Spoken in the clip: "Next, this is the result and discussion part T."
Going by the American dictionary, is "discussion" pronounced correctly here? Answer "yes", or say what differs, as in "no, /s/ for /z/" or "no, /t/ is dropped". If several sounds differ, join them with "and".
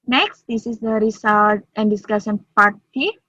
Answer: no, /s/ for /ʃ/